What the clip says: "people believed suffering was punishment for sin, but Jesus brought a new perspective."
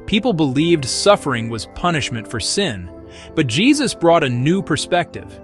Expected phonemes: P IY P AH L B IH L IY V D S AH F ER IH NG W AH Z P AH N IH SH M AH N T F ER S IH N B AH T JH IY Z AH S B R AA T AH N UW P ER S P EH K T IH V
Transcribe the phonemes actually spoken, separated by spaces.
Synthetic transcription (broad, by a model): P IY P L B IH L IY V D S AH F ER IH NG W AH Z P AH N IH SH M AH N T F ER S IH N B AH T JH IY Z AH S B R AA T AH N UW P ER S P EH K T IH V